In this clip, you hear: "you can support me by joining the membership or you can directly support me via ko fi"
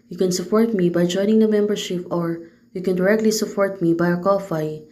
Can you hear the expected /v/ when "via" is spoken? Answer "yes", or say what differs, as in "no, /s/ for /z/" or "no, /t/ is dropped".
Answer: no, /b/ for /v/